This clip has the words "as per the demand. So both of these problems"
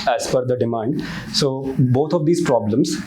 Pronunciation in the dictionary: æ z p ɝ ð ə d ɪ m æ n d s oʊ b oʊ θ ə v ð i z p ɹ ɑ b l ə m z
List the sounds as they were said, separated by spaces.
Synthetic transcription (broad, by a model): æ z f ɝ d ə d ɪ m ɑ n d s oʊ b oʊ t ə v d i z p ɹ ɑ b l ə m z